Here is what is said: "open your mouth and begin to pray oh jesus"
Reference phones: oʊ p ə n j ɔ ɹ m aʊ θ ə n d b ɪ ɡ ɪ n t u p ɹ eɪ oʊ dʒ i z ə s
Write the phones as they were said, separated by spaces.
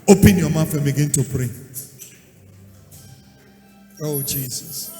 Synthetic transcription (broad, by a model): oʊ p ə n j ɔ m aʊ f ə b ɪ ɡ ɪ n t u p ɹ eɪ oʊ dʒ i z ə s